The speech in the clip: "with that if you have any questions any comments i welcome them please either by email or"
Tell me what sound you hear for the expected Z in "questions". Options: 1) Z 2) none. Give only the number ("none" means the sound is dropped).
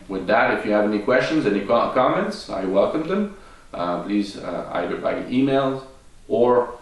1